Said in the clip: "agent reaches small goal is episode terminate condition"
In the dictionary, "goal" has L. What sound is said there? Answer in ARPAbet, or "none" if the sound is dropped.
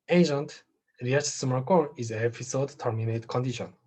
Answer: N